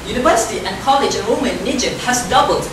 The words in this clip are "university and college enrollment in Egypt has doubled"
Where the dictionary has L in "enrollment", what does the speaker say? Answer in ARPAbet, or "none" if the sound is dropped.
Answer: none